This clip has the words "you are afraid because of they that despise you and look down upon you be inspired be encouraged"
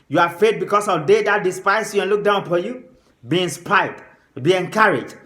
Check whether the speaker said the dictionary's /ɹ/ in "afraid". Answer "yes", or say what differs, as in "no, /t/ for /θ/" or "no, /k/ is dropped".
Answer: no, /ɹ/ is dropped